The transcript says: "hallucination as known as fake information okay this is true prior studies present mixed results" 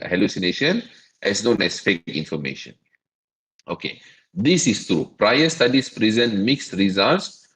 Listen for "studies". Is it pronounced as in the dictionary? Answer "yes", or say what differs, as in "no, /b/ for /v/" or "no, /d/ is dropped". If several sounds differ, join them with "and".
no, /s/ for /z/